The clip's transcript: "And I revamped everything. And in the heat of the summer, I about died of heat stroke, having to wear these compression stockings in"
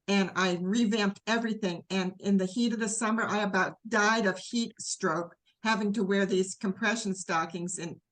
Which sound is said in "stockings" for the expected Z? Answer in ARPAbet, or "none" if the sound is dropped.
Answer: Z